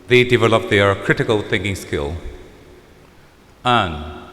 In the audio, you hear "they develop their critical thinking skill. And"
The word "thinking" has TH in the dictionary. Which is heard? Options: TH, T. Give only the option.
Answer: TH